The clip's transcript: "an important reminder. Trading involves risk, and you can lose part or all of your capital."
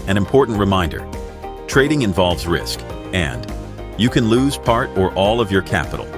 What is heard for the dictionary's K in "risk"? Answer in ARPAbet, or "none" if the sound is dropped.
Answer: K